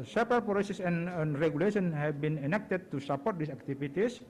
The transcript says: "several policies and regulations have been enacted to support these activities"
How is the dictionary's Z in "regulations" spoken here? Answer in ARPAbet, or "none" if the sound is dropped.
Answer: none